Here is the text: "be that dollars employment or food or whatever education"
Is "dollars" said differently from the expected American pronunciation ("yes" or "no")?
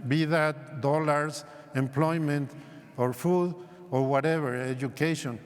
yes